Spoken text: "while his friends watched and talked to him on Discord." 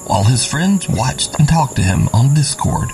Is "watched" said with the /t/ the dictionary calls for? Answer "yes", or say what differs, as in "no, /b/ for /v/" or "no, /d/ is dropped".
yes